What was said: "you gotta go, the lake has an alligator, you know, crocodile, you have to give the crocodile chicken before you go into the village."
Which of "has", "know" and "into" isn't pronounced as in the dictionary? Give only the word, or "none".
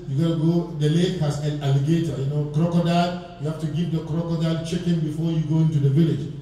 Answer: has